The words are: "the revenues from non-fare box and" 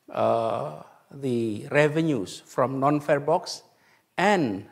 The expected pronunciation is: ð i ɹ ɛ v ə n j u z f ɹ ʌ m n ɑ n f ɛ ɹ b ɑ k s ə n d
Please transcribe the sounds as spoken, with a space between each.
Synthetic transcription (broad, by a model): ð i ɹ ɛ v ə n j u s f ɹ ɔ m n ɑ n f ɛ ɹ b ɑ k s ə n